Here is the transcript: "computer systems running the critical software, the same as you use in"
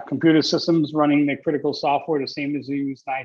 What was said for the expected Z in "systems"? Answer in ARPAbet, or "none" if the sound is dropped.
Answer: Z